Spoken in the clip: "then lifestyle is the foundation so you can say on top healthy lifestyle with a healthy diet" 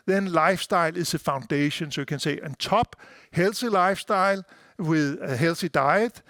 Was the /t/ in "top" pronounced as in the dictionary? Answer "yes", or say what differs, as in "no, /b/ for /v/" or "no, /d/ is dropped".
no, /s/ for /t/